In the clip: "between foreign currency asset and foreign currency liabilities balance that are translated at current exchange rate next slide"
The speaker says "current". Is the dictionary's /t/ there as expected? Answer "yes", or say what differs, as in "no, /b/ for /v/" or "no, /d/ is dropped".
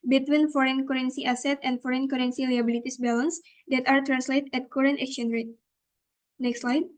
yes